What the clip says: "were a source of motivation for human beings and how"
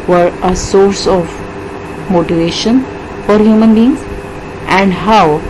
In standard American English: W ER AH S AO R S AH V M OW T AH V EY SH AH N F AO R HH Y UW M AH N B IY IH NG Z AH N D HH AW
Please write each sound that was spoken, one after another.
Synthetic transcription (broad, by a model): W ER AH S AO R S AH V M OW T AH V EY SH AH N F AO R HH Y UW M AH N B IY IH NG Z AH N D HH AW